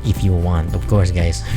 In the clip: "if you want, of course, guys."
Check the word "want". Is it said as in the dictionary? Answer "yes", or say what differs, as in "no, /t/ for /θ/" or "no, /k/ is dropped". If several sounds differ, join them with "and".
yes